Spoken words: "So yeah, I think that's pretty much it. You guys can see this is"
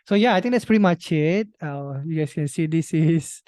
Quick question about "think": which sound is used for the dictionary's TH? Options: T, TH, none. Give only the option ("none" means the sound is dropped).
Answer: T